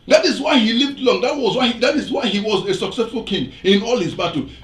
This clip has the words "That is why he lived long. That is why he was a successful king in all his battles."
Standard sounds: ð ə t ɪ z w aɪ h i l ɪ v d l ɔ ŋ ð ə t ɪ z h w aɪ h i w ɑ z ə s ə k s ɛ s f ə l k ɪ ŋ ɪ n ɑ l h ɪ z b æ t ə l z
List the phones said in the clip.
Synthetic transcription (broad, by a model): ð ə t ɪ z w aɪ h i l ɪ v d l ɔ ŋ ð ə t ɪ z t w aɪ h i w ɑ z ə s ə k s ɛ s f ə l k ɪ ŋ ɪ n ɑ l h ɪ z b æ t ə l